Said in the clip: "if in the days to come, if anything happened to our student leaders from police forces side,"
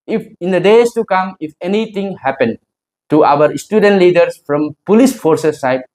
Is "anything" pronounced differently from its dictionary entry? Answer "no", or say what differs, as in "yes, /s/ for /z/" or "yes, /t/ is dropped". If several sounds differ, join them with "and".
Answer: yes, /t/ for /θ/